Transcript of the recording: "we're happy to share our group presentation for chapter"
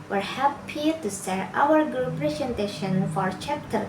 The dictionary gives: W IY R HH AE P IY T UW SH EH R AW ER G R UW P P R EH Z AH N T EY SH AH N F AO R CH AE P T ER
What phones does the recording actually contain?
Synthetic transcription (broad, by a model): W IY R HH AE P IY T UW S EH R AW ER G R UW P P R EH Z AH N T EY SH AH N F AO R CH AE P T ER